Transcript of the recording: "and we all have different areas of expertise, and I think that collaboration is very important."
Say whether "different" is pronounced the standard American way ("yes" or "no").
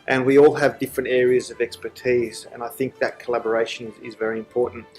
yes